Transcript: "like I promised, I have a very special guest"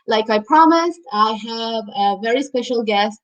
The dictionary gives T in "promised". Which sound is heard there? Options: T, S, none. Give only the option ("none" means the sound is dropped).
T